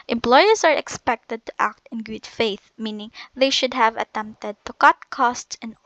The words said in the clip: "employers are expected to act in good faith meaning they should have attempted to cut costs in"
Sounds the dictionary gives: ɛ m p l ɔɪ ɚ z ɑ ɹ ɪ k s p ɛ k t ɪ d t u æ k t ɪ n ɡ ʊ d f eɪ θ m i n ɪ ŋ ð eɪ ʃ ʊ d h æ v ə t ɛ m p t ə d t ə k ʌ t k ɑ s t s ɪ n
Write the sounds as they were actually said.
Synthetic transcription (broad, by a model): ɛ m p l ɔɪ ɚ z ɑ ɹ ɪ k s p ɛ k t ɪ d t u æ k t ɪ n ɡ ʊ d f eɪ θ m i n ɪ ŋ ð eɪ ʃ ʊ d h æ v ə t ɛ m p t ə d t ə k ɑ t k ɑ s t s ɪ n